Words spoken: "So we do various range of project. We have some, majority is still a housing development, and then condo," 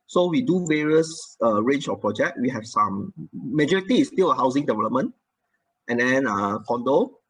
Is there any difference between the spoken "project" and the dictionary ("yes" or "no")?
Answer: no